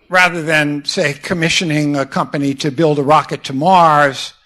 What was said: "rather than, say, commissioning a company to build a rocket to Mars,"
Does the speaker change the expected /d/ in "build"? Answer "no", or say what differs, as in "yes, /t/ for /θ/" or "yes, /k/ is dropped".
no